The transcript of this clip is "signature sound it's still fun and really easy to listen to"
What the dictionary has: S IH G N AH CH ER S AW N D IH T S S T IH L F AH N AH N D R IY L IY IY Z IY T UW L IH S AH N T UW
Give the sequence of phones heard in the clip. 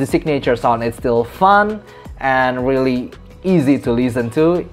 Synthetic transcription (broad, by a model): S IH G N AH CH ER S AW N IH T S S T IH L F AH N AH N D R IY L IY IY Z IY T UW L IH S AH N T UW